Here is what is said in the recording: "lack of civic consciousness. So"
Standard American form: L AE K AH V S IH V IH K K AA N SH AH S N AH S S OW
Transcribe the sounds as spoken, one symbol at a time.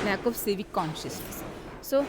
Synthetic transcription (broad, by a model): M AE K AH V S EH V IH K K AA N SH AH S N AH S S OW